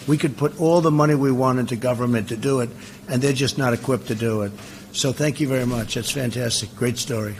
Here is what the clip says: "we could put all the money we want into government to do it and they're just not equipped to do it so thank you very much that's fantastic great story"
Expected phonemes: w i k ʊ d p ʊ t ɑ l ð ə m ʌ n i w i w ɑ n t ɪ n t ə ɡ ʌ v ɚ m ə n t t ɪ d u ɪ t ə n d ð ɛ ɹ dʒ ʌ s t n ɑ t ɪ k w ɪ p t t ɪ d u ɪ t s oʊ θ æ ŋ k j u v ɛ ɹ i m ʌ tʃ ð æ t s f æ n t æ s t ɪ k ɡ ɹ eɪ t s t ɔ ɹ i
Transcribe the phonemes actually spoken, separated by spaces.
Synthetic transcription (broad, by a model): w i k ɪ d p ʊ t ɑ l ð ə m ʌ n i w i w ɑ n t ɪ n t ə ɡ ʌ v ɚ m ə n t t ɪ d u ɪ t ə n ð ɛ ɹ dʒ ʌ s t n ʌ t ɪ k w ɪ p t t ɪ d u ɪ t s oʊ θ æ ŋ k j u v ɛ ɹ i m ʌ tʃ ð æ t s f æ n t æ s t ɪ k ɡ ɹ eɪ t s t ɔ ɹ i